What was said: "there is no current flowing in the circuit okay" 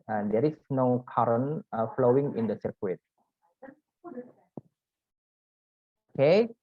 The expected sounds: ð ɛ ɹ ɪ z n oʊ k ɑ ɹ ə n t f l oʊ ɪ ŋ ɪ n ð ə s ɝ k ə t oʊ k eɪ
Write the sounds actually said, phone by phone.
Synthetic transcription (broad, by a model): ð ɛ ɹ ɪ s n oʊ k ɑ ɹ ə n f l oʊ ɪ ŋ ɪ n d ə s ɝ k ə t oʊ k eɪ